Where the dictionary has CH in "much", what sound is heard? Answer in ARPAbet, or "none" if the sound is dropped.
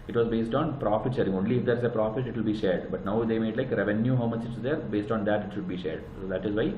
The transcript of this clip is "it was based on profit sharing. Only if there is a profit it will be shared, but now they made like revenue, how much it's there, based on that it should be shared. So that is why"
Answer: CH